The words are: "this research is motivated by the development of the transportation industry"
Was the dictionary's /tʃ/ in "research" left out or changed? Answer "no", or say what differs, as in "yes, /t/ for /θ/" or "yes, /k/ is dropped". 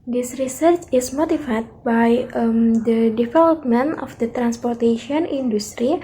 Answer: no